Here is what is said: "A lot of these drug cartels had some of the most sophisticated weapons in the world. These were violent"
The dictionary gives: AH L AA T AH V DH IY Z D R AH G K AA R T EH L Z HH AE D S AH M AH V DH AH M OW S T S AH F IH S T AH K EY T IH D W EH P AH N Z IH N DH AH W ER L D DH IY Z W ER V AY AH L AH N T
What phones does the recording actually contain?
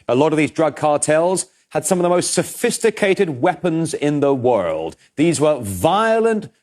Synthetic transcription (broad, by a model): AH L AA T AH V DH IY Z D R AH G K AA R T EH L Z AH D S AH M AH V DH AH M OW S T S AH F IH S T AH K EY T IH D W EH P AH N Z IH N DH AH W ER L D DH IY Z W ER V AY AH L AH N T